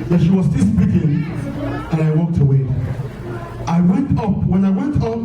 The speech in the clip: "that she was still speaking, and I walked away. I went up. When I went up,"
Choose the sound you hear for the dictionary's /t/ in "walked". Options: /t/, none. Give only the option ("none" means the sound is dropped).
/t/